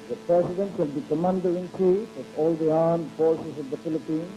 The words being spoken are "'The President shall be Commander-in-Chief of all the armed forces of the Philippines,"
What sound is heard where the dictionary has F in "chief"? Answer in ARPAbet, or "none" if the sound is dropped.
none